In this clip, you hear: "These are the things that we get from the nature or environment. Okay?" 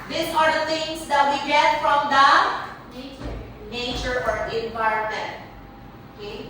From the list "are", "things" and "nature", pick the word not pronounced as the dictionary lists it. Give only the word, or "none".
things